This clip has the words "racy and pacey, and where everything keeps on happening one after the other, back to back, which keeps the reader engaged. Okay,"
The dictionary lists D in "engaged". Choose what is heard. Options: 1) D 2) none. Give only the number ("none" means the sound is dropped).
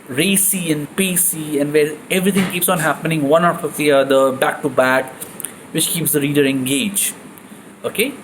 2